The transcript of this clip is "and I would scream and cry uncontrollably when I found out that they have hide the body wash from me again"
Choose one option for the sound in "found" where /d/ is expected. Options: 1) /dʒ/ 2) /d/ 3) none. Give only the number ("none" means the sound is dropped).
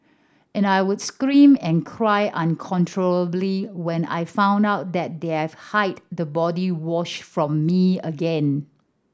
2